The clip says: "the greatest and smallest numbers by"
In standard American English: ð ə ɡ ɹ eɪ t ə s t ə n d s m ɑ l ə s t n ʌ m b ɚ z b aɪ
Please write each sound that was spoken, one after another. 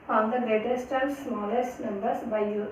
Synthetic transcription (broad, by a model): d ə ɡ eɪ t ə s t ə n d s m ɑ l ə s t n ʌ m b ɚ s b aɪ